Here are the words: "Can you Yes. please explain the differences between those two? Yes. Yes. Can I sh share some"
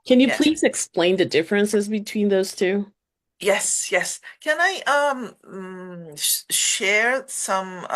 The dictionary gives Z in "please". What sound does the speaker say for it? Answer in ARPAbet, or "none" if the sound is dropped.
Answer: Z